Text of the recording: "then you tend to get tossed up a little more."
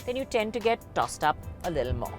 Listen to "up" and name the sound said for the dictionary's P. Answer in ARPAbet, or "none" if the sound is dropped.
P